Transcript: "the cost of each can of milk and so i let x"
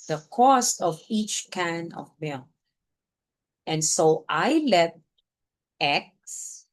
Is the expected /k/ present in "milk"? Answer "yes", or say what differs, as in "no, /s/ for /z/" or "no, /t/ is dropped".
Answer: no, /k/ is dropped